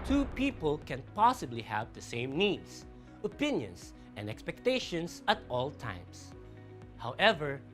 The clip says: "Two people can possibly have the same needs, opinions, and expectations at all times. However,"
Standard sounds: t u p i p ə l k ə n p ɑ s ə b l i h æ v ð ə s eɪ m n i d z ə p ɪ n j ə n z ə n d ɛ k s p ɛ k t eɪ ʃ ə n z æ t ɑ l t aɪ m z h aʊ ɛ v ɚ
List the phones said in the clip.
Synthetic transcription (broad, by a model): t u p i p ə l k ə n p ɑ s ə b l i h æ v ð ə s eɪ m n i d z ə p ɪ n j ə n s ə n d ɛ k s p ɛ k t eɪ ʃ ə n s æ t ɑ l t aɪ m s h aʊ ɛ v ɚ